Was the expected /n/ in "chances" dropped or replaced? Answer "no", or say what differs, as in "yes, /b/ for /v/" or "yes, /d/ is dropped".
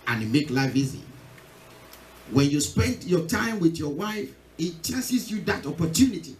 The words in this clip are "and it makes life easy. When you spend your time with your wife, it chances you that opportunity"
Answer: yes, /n/ is dropped